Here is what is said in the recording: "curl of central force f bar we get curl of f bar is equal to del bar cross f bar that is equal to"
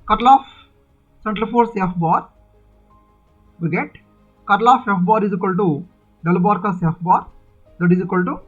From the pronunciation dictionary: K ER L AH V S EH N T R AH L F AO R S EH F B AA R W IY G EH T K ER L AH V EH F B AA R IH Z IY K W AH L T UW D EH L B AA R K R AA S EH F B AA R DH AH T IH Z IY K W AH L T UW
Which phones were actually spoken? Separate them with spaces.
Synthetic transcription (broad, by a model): K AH L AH F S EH N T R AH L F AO R S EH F B AA R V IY G EH T K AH L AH F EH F B AA R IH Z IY K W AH L T UW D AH L B AA R K AA S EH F B AA R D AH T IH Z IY K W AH L T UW